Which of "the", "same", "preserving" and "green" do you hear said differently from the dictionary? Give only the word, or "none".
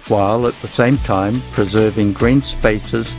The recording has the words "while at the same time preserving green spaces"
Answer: none